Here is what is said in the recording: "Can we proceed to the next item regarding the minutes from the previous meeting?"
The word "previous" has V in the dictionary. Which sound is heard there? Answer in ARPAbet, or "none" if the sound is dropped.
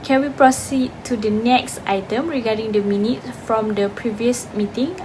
V